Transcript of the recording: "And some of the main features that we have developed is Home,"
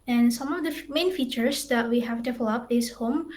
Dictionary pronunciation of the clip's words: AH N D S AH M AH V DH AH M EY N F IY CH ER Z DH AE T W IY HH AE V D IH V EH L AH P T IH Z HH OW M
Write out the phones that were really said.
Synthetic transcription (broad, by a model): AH N S AH M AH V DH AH M EY N F IY CH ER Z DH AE T W IY HH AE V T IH F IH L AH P IH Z HH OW M